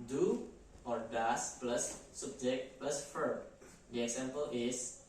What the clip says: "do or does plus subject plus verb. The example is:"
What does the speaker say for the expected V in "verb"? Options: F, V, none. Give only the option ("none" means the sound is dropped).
F